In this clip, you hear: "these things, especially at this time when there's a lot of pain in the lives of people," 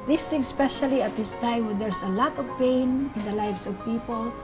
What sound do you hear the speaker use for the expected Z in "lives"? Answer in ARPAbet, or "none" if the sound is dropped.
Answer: S